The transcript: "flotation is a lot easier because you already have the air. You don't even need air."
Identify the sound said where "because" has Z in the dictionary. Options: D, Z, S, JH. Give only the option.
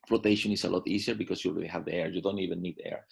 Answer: S